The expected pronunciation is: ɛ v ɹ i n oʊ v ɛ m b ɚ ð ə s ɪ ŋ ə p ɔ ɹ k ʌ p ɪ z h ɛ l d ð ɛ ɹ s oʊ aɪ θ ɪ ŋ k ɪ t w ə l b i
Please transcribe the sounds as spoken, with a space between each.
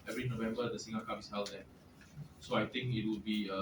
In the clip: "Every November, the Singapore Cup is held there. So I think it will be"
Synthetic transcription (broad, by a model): ɛ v ɹ i n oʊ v ɛ m b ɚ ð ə s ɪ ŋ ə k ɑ ɪ s h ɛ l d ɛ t s oʊ aɪ t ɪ ŋ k ɪ t w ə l b i